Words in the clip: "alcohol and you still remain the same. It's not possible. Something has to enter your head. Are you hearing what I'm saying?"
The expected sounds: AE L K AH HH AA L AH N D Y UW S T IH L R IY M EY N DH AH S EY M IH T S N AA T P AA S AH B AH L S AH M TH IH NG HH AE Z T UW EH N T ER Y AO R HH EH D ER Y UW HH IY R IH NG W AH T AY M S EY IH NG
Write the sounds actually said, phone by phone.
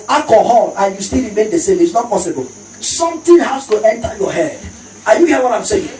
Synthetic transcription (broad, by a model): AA K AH HH AA L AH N Y UW S T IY L R IY M EY N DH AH S EY M IH T S N AA T P AA S AH B AH L S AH M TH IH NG HH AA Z T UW EH N T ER Y AO HH EH D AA Y UW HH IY IH W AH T AY M S EY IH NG